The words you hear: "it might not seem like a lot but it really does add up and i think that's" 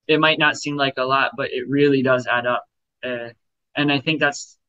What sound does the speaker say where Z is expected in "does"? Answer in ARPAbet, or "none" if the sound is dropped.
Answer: Z